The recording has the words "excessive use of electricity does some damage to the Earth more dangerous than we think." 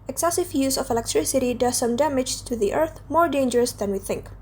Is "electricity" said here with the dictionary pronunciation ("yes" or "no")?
yes